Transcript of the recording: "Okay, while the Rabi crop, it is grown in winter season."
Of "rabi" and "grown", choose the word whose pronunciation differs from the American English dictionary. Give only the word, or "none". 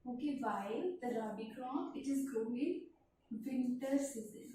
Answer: grown